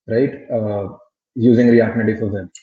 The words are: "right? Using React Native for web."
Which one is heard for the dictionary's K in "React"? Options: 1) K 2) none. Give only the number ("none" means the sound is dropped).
2